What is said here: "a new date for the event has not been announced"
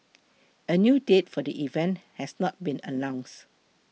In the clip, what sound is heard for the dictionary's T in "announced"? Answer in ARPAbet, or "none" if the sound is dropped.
none